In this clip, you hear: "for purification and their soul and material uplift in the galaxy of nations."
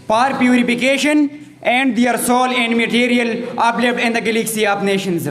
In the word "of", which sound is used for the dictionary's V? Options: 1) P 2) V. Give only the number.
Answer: 1